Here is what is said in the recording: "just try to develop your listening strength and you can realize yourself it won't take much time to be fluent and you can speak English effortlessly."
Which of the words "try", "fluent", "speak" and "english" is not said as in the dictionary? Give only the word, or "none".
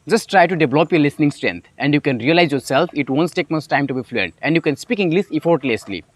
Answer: english